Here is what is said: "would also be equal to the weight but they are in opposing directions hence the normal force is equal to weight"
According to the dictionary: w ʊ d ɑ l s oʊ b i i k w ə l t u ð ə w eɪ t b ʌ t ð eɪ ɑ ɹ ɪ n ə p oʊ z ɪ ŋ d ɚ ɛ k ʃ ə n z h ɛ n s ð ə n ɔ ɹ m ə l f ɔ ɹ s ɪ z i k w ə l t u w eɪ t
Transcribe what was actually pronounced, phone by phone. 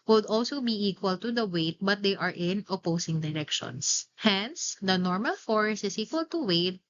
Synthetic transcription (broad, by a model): w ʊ d ɑ l s oʊ b i i k w ə l t u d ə w eɪ t b ʌ t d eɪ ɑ ɹ ɪ n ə p oʊ s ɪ ŋ d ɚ ɛ k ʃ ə n s h ɛ n s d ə n ɔ ɹ m ə l f ɔ ɹ s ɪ s i k w ə l t u w eɪ t